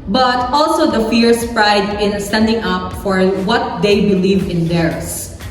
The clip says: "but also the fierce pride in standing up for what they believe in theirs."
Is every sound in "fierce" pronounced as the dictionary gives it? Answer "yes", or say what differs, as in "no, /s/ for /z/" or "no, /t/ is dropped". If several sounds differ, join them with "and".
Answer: yes